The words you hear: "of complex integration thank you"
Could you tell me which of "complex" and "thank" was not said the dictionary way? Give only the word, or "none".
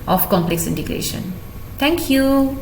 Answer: thank